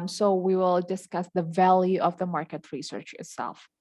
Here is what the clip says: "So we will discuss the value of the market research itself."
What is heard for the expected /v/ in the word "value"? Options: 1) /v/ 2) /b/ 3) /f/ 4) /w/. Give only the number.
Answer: 1